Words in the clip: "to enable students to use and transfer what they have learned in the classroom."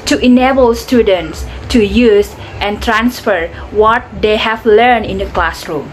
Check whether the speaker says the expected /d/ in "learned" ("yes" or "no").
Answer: no